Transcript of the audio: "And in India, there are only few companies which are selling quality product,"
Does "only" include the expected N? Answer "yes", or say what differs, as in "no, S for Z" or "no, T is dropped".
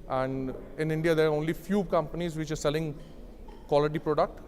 yes